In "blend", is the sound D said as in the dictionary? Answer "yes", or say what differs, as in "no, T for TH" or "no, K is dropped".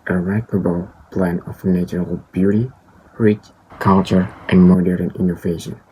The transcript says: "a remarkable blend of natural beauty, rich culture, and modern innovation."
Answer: no, D is dropped